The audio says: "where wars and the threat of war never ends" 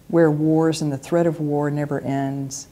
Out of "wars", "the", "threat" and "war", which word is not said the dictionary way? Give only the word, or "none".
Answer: none